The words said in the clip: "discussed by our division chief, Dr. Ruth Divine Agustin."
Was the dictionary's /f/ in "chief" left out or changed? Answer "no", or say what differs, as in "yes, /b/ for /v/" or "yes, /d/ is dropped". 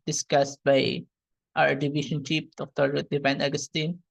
yes, /p/ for /f/